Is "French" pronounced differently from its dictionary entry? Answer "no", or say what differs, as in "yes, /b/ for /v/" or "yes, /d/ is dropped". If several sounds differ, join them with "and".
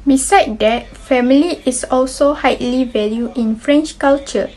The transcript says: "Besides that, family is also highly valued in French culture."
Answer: no